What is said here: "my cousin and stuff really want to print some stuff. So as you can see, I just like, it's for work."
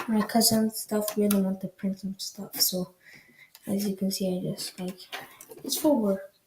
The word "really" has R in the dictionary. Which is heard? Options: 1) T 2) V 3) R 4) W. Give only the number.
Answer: 4